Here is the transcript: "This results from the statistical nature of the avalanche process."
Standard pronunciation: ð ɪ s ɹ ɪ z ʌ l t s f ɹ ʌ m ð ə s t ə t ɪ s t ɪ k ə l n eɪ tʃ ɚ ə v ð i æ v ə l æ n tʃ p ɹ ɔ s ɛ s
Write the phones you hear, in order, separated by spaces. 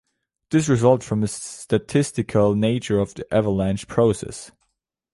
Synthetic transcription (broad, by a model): ð ɪ s ɹ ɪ z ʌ l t f ɹ ʌ m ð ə s t ə t ɪ s t ɪ k ə l n eɪ tʃ ɚ ə v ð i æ v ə l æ n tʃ p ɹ ɔ s ɛ s